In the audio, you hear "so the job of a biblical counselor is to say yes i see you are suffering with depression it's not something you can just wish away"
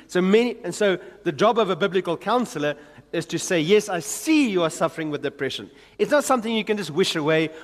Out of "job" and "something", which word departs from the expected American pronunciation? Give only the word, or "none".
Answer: none